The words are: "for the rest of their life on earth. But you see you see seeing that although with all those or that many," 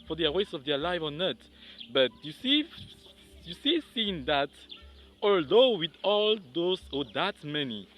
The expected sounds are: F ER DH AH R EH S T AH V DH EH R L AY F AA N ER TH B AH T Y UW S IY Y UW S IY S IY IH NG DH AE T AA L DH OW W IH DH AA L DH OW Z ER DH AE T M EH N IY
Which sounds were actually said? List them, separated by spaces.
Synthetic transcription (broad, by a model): F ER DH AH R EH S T AH V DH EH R L AY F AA N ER T B AH T Y UW S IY Y UW S IY S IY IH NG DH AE T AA L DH OW W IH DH AA L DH OW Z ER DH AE T M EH N IY